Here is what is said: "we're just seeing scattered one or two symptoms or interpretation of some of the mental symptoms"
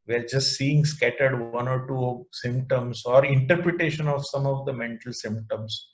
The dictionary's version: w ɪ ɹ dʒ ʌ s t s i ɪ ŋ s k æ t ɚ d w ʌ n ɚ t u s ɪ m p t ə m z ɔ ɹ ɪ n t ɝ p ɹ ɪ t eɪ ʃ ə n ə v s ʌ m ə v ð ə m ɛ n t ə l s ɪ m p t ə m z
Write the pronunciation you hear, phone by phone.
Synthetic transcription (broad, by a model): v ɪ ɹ dʒ ʌ s t s i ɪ ŋ s k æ t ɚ d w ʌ n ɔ t u s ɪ m p t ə m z ɔ ɹ ɪ n t ɝ p ɹ ɪ t eɪ ʃ ə n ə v s ʌ m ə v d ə m ɛ n t ə l s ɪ m p t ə m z